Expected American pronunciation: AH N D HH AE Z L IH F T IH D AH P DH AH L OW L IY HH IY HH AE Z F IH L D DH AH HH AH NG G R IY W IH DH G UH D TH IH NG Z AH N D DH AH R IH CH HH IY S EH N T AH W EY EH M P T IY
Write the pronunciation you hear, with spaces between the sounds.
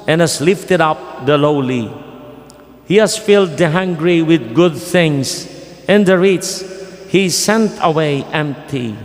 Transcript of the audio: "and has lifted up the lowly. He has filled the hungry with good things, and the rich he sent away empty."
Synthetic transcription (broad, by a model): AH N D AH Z L IH F T IH D AH P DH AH L OW L IY HH IY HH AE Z F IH L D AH HH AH NG G R IY W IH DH G UH D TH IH NG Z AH N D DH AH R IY S HH IY S EH N T AH W EY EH M P T IY